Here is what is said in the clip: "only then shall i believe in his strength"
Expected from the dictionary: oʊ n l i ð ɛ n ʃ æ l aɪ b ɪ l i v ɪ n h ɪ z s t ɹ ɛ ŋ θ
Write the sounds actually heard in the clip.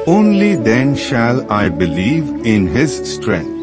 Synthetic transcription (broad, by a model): oʊ n l i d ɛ n ʃ æ l aɪ b ɪ l i v ɪ n h ɪ z s t ɹ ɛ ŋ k